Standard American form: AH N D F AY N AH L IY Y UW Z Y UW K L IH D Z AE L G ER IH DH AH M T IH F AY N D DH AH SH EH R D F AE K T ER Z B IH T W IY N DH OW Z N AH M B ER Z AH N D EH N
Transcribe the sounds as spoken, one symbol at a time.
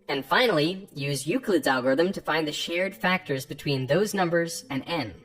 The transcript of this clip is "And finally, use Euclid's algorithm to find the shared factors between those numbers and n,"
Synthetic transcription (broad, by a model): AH N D F AY N L IY Y UW Z Y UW K L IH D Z AE L G ER IH DH AH M T IH F AY N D DH AH SH EH R D F AE K T ER Z B IH T W IY N DH OW Z N AH M B ER Z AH N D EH N